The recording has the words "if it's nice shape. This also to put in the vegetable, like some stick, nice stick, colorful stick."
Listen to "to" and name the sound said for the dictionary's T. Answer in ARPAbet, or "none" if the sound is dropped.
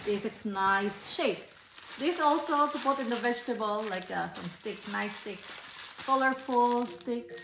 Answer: S